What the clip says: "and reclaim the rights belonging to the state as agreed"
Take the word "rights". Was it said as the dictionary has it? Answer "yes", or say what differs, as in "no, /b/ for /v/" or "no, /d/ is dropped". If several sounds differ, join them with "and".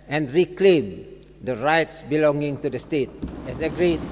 yes